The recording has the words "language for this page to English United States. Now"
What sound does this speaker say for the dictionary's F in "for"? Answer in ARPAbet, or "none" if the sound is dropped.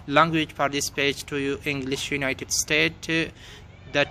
P